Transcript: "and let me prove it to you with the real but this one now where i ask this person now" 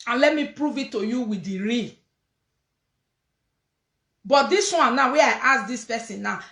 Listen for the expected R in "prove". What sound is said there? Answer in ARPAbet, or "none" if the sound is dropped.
R